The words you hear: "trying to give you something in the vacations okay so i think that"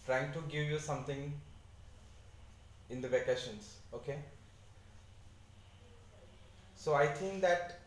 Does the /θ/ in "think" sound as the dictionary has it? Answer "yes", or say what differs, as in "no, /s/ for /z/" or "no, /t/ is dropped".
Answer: no, /t/ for /θ/